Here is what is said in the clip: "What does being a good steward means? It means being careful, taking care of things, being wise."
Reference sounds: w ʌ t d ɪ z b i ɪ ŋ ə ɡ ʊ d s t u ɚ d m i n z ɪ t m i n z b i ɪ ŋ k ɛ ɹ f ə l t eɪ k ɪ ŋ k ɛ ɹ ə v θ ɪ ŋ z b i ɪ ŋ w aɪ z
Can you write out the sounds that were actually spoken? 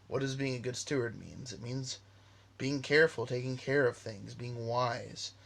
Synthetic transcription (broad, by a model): w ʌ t d ɪ z b i ɪ ŋ ə ɡ ʊ d s t u ɚ d m i n z ɪ t m i n z b i ɪ ŋ k ɛ ɹ f l t eɪ k ɪ ŋ k ɛ ɹ ə v θ ɪ ŋ z b i ɪ ŋ w aɪ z